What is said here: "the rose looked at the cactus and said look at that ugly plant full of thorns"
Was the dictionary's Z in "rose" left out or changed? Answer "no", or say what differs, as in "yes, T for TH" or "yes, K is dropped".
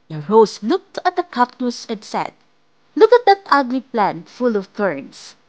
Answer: yes, S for Z